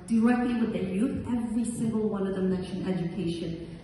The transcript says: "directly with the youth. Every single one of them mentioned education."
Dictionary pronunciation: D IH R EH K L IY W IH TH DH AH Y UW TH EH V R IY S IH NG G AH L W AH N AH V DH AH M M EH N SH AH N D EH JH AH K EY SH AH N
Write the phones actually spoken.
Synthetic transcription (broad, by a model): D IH R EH K L IY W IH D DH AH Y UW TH EH V R IY S IH NG G AH L W AH N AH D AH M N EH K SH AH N EH JH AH K EY SH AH N